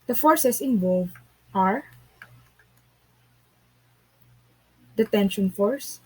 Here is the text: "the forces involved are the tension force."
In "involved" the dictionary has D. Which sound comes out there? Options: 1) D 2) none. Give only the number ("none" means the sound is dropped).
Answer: 2